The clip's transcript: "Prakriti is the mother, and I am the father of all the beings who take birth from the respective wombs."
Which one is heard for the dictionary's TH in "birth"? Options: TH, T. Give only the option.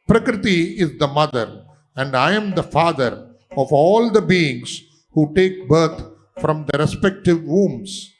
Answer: T